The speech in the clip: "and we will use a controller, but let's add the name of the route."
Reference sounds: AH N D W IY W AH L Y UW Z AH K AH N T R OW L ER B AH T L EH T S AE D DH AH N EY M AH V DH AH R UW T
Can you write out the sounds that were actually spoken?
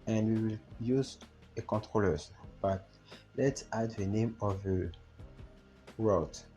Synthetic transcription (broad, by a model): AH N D W IY W AH L Y UW Z AH K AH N T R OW L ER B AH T L EH T S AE D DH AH N EY M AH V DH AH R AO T